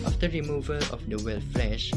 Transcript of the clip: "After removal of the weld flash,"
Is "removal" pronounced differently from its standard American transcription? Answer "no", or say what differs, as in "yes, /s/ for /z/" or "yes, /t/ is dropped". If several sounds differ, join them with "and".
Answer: no